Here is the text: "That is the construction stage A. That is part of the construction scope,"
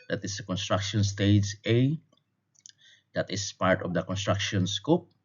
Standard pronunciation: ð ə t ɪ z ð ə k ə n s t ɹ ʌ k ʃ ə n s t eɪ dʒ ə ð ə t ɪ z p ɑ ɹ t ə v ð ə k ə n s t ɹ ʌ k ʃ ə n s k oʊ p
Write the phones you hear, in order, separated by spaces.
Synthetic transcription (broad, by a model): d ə t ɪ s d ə k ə n s t ɹ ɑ k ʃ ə n s t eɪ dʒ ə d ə t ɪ s p ɑ ɹ t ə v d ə k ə n s t ɹ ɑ k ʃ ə n s k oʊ p